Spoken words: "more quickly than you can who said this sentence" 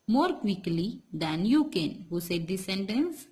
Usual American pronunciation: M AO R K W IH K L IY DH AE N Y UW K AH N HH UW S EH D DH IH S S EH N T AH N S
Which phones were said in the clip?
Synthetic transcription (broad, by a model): M AO R K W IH K L IY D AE N Y UW K AH N HH UW S EH D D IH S S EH N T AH N S